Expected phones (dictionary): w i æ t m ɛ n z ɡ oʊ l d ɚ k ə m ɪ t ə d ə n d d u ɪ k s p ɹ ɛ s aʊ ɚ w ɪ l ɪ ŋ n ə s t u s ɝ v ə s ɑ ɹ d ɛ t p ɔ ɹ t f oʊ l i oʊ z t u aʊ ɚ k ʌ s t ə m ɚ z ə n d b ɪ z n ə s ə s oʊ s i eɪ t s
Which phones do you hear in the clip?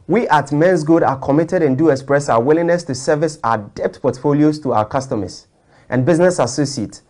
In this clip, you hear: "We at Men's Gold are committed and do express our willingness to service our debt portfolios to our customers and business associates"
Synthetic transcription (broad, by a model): w i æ t m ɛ n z ɡ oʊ d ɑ k ə m ɪ t ə d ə n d d u ɪ k s p ɹ ɛ s aʊ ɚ w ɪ l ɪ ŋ n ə s t u s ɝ v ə s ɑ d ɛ t p ɔ t f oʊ l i oʊ s t u aʊ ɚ k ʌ s t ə m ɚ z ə n b ɪ z n ə s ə s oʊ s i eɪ t